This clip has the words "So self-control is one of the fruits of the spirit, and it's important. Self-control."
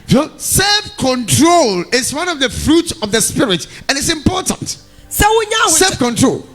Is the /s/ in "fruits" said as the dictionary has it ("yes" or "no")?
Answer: yes